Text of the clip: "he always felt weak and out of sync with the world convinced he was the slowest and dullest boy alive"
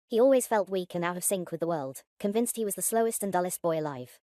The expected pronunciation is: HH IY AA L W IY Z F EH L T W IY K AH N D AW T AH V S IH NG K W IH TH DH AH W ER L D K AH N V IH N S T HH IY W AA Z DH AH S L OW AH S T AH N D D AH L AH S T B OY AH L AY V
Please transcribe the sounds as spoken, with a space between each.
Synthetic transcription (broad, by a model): HH IY AA L W IY Z F EH L T W IY K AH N AW T AH V S IH NG K W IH DH AH W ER L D K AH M V IH N S T HH IY W AA Z DH AH S L OW AH S T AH N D D AH L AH S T B OY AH L AY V